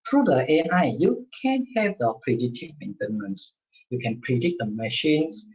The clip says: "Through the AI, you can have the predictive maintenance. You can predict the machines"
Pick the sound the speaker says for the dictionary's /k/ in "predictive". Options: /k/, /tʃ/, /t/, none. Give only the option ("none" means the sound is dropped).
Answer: none